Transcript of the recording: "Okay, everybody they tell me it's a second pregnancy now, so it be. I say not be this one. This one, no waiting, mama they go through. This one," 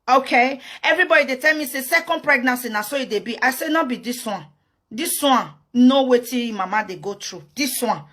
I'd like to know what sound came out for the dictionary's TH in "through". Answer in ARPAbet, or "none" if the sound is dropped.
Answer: T